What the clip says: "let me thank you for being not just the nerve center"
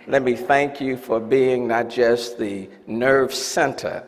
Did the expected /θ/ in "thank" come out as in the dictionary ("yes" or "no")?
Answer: yes